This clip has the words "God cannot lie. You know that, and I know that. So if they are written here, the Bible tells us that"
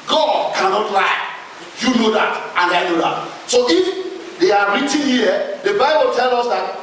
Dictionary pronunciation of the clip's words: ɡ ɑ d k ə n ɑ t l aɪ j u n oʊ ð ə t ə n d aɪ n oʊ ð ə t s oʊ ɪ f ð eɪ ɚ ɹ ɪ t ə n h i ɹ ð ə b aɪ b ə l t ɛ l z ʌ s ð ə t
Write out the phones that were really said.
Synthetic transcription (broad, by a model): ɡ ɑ d k ə n ɑ t l aɪ j u n oʊ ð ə t ə n d aɪ n oʊ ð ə t s oʊ ɪ f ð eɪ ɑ ɹ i t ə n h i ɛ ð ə b aɪ b ə l t ɛ l ɔ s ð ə t